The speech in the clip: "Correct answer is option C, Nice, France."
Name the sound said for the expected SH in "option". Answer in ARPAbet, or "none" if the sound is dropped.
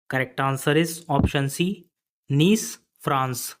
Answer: SH